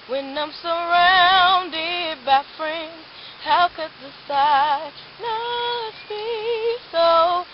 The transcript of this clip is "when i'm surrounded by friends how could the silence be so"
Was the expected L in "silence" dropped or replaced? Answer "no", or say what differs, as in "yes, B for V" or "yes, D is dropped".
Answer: yes, N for L